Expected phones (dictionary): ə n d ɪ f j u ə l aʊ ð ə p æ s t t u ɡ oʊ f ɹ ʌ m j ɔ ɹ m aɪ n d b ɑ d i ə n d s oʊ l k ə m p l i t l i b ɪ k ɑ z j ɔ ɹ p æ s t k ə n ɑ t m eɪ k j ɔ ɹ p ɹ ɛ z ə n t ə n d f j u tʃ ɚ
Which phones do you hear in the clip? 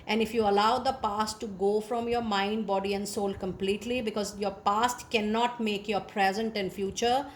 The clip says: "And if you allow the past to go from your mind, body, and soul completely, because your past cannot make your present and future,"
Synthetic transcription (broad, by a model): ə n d ɪ f j u ə l aʊ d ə p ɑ s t t u ɡ oʊ f ɹ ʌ m j ɔ ɹ m aɪ n d b ɑ d i ə n d s oʊ l k ə m p l i t l i b ɪ k ɑ z j ɔ ɹ p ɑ s t k ə n ɑ t m eɪ k j ɔ ɹ p ɹ ɛ z ə n t ə n d f j u tʃ ɚ